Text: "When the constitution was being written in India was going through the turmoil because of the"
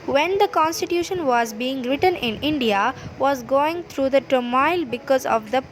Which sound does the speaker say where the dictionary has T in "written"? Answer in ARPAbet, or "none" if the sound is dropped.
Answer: T